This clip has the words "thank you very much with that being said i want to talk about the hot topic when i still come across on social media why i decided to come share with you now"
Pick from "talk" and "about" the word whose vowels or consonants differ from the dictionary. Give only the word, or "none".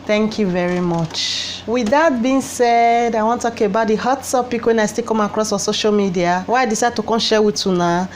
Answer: talk